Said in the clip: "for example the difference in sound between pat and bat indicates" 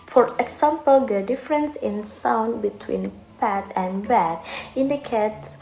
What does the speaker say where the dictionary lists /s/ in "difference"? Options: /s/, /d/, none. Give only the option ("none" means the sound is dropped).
/s/